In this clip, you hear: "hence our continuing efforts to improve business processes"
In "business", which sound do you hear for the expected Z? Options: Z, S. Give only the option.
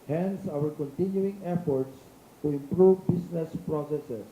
S